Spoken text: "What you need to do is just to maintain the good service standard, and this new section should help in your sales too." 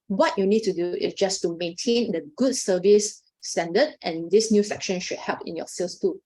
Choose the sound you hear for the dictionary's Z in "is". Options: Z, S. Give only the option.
S